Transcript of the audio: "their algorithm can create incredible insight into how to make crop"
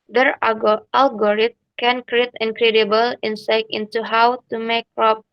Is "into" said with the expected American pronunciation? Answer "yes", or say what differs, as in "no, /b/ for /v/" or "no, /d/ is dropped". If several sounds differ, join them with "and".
yes